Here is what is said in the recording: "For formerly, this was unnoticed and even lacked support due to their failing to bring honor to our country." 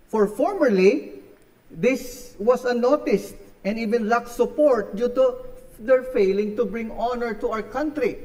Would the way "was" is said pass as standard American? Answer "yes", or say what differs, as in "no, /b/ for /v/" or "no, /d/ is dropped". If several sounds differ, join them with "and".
no, /s/ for /z/